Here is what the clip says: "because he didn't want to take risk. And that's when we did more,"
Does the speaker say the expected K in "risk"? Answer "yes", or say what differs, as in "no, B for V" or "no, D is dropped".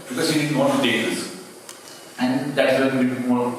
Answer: no, K is dropped